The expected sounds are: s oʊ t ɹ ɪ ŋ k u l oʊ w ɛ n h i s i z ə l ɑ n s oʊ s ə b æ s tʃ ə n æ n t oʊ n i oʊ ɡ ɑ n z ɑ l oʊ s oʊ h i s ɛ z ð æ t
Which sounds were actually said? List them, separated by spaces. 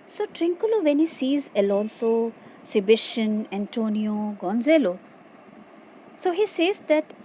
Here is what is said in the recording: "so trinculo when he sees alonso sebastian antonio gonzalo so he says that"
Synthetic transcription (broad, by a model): s oʊ t ɹ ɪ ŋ k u l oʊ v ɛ n h i s i z ə l ɑ n s oʊ s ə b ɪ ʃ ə n æ n t oʊ n i oʊ ɡ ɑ n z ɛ l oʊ s oʊ h i s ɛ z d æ t